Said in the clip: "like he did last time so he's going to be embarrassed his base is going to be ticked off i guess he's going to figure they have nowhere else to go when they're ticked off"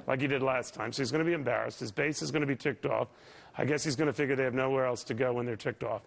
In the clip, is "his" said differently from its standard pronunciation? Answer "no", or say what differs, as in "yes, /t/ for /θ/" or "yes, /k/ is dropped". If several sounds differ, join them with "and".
no